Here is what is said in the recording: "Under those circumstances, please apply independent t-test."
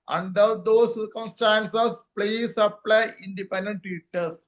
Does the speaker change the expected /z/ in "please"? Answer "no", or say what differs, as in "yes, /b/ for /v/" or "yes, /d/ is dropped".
yes, /s/ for /z/